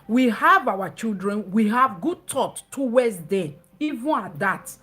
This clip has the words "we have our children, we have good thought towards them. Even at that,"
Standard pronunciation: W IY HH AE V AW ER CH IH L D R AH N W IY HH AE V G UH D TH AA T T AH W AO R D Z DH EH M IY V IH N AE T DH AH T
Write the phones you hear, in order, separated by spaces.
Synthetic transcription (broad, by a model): W IY HH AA V AW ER CH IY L D R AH N W IY HH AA V G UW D T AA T T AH W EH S D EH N IY V IH N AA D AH T